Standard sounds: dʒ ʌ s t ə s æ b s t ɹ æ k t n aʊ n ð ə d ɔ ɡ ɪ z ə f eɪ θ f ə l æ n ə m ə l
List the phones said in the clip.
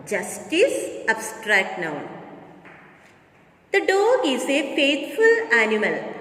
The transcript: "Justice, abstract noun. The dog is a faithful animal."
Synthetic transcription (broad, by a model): dʒ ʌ s t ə s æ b s t ɹ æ k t n aʊ n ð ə d ɔ ɪ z ə f eɪ t f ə l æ n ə m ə l